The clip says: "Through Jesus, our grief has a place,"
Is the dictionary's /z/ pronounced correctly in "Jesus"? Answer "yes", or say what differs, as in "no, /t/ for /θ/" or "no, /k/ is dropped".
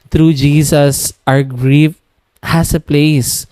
no, /s/ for /z/